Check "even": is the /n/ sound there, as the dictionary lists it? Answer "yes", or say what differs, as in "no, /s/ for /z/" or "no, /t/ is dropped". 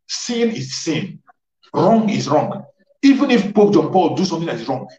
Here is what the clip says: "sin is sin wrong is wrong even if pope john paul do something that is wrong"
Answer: yes